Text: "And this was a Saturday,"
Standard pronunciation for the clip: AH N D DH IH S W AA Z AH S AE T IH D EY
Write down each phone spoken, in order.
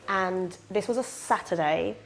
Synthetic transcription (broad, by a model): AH N DH IH S W AA Z AH S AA T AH D EY